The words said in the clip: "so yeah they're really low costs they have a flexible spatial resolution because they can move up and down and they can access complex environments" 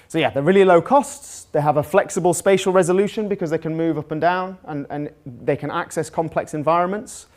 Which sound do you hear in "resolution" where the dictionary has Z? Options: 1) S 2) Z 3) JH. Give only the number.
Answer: 2